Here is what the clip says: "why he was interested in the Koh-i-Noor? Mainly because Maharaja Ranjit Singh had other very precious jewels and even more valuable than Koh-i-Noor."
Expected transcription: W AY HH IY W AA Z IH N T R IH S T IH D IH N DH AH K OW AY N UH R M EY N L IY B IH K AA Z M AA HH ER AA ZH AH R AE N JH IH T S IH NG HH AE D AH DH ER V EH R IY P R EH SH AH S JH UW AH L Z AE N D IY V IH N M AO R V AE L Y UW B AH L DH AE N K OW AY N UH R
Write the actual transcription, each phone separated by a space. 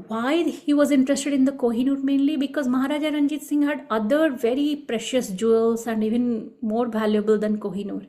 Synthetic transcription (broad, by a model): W AY HH IY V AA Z IH N T R IH S T IH D IH N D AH K OW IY N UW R M EY N L IY B IH K AA Z M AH HH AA AA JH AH R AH N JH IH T S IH NG HH AE D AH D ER V EH R IY P R EH SH AH S JH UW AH L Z AE N D IY V IH N M AO R V AE L Y UW B AH L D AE N K OW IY N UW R